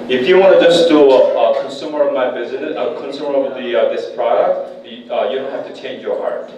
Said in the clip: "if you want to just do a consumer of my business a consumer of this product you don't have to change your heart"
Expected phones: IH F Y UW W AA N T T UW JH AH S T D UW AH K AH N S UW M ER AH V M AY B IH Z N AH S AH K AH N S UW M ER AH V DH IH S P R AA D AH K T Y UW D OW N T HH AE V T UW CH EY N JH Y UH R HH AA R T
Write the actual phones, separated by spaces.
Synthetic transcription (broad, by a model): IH F Y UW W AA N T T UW JH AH S D UW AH K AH N S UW M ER AH V M AY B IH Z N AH AH K AH N S UW M ER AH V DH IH S P R AA D AH K T Y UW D OW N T HH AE F T UW CH EY N JH Y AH R HH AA R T